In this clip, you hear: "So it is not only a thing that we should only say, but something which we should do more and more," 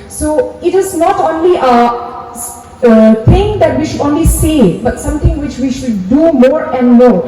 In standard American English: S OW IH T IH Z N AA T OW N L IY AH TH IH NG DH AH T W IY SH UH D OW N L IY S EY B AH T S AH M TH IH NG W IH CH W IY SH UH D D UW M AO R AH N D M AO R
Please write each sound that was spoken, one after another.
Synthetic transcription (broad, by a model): S OW IH T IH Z N AA T OW N L IY AH T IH NG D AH T W IY SH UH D OW N L IY S EY B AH T S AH M T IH NG W IH CH W IY SH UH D D UW M AO R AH N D M AO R